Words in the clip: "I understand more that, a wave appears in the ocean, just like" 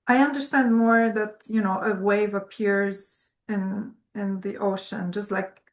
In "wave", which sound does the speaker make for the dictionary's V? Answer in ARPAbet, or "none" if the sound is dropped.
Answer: V